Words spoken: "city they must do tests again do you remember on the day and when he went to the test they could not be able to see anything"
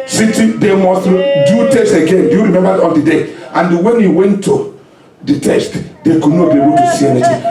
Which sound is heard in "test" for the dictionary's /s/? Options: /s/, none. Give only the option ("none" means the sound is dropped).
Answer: /s/